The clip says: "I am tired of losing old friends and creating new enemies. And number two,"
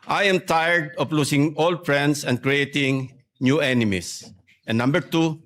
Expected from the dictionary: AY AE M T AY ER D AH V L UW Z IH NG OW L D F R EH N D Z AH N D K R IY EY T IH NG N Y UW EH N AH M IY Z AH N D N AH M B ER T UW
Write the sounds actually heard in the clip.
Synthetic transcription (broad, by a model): AY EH M T AY ER D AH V L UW S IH NG OW L D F R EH N D S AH N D K R IY EY T IH NG N Y UW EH N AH M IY S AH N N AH M B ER T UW